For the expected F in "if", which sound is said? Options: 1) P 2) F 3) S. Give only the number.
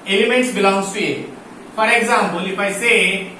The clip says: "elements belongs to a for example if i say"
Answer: 1